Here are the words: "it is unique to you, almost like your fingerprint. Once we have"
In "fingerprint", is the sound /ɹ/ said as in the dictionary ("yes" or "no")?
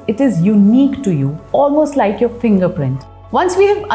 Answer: yes